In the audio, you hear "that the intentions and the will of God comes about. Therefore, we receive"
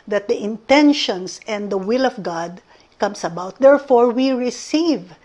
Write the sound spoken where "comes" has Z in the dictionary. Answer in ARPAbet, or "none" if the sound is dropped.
S